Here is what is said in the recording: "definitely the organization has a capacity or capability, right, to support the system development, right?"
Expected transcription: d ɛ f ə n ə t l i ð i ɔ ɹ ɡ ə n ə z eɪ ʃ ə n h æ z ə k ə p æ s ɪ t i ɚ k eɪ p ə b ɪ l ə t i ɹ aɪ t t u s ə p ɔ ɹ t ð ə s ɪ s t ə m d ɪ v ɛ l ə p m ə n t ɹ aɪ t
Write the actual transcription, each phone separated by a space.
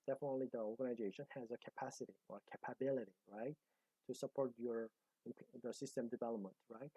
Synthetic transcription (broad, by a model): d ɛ f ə n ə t l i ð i ɔ ɹ ɡ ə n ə z eɪ ʃ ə n h æ z ə k ə p æ s ɪ t i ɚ k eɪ p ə b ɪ l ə t i ɹ aɪ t t u s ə p ɔ ɹ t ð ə s ɪ s t ə m d ɪ v ɛ l ə p m ə n t ɹ aɪ t